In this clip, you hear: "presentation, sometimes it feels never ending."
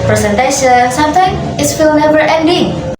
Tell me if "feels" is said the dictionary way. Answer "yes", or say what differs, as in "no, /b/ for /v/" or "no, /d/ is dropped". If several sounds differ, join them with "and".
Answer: no, /z/ is dropped